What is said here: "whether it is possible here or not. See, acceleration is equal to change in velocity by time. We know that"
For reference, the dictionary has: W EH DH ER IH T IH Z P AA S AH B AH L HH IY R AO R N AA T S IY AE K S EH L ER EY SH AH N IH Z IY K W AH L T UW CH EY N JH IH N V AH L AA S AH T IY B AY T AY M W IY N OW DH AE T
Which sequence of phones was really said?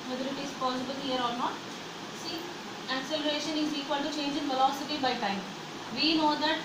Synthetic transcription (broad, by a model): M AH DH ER IH T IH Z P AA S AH B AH L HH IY R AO L N AA T S IY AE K S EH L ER EY SH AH N IH Z IY K W AH L T UW CH EY N JH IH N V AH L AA S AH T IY B AY T AY M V IY N OW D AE T